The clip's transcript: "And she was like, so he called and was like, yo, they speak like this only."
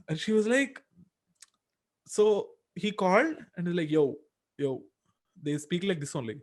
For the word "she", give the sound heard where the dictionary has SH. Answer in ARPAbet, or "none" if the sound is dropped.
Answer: SH